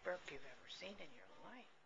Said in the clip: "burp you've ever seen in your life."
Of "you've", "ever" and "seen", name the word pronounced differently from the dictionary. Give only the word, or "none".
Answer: none